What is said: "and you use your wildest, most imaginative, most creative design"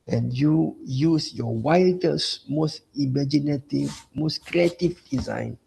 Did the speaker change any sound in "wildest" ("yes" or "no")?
yes